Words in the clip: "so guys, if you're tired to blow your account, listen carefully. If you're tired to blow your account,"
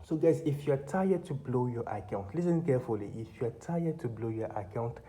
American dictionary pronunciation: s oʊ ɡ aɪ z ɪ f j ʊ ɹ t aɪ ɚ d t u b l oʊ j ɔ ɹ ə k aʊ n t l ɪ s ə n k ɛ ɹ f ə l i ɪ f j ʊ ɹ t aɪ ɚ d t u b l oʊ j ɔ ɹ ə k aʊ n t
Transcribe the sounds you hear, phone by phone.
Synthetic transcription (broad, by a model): s oʊ ɡ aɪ s ɪ f j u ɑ t aɪ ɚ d t u b l oʊ j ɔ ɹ ə k aʊ n t l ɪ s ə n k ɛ f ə l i ɪ f j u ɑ t aɪ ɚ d t u b l oʊ j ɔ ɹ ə k aʊ n t